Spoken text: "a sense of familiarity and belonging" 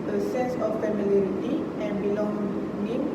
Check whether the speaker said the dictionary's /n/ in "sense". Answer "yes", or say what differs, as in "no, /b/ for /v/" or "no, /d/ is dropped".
no, /n/ is dropped